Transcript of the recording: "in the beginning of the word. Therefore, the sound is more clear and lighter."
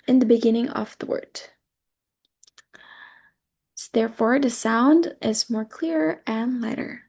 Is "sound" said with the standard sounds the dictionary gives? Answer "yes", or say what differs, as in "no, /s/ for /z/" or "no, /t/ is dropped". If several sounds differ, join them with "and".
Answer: yes